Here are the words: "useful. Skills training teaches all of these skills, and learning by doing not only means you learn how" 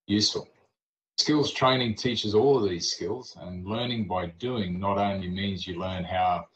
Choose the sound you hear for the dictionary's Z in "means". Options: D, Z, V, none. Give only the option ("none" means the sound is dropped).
Z